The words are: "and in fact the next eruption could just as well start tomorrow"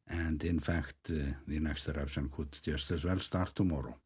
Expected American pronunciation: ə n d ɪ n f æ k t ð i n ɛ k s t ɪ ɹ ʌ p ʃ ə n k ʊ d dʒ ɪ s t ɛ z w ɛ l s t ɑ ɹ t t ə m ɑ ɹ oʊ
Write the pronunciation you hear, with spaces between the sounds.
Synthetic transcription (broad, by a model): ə n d ɪ n f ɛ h t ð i n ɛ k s t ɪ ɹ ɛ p s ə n k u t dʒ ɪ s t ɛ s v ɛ l s t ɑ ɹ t t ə m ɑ ɹ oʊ